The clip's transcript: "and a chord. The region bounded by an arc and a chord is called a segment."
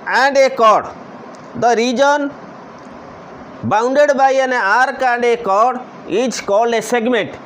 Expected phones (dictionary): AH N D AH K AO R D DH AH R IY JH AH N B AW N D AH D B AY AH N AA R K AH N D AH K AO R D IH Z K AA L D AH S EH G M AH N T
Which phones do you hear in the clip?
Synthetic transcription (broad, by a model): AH N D AH K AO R D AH R IY JH AH N B AW N D AH D B AY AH N AA R K AH N D AH K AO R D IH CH K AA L AH S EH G M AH N T